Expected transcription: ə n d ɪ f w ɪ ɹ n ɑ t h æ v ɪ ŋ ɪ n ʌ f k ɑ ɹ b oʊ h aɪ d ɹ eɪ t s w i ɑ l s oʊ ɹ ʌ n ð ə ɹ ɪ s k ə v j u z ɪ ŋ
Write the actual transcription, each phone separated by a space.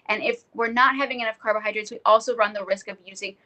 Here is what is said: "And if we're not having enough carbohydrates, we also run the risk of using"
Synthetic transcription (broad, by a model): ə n ɪ f w ɪ ɹ n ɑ t h æ v ɪ ŋ ɪ n ʌ f k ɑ ɹ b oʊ h aɪ d ɹ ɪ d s w i ɑ l s oʊ ɹ ʌ n ð ə ɹ ɪ s k ə v j u z ɪ ŋ